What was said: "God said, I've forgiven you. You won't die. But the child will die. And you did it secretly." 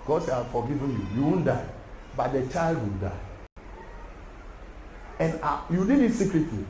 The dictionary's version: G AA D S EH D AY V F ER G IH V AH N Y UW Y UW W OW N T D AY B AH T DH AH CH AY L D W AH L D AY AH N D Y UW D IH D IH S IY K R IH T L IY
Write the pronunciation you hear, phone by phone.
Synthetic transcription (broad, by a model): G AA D SH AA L F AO G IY V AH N Y UW Y UW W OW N D AY B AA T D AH CH AY L D W AH L D AY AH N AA Y UW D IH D IH S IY K R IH T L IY